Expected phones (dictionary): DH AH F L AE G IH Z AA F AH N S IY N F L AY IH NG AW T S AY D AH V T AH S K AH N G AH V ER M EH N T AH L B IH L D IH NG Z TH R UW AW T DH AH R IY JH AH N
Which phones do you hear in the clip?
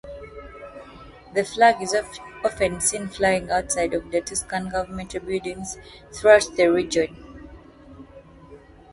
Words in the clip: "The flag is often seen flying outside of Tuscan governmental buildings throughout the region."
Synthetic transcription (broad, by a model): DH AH F L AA G IH Z AA F AH N S IY N F L AY IH NG AW T S AY D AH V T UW S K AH N G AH V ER M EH N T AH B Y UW D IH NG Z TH R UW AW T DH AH R IY JH AH N